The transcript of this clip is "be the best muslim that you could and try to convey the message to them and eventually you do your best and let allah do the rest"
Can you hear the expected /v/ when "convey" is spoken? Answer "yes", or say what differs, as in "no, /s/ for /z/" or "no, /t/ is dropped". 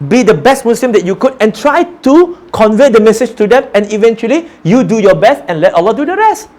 yes